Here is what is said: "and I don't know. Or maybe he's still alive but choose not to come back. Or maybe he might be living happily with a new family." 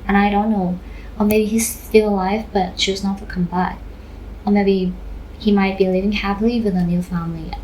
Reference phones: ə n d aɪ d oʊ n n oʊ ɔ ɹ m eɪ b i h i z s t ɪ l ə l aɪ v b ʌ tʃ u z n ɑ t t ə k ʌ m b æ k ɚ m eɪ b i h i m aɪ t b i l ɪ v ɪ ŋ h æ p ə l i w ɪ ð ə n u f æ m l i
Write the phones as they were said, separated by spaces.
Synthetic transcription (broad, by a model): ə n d aɪ d oʊ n n oʊ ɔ l m eɪ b i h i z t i l ə l aɪ v b ʌ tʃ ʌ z n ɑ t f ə k ʌ m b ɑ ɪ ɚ m eɪ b i h i m aɪ t b i l ɪ v ɪ ŋ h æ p l i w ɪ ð ə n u f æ m l i